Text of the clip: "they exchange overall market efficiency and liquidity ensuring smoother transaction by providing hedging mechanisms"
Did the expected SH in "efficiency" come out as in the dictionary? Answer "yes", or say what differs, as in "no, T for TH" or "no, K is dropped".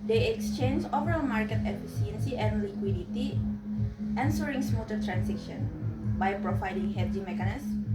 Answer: no, S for SH